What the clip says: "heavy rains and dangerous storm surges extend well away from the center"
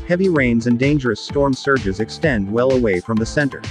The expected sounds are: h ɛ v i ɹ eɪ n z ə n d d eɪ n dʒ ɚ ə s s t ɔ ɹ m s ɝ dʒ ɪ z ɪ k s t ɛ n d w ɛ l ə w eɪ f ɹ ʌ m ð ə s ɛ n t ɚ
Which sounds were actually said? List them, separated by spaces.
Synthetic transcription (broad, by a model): h ɛ v i ɹ eɪ n z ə n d d eɪ n dʒ ɚ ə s s t ɔ ɹ m s ɝ dʒ ɪ z ɪ k s t ɛ n d w ɛ l ə w eɪ f ɹ ʌ m ð ə s ɛ n t ɚ